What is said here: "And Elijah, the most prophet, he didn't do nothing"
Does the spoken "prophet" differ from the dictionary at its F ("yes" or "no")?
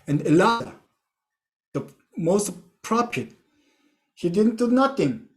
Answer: yes